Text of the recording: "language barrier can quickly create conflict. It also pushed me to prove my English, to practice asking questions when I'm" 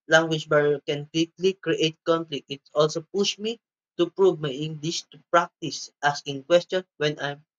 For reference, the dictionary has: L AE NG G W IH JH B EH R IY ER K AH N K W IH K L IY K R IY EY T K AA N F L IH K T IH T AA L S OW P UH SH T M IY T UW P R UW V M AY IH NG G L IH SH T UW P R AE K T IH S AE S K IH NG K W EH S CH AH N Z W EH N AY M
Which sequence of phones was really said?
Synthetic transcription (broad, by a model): L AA NG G W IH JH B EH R K AH N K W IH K L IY K R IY EY T K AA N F L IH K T IH T AA L S OW P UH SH M IY T UW P R UW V M AY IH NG G L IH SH T UW P R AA K T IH S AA S K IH NG K W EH S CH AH N W EH N AY M